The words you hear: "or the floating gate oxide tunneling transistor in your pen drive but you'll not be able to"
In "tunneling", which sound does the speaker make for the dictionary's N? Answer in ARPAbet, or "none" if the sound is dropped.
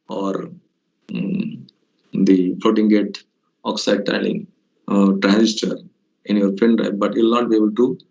none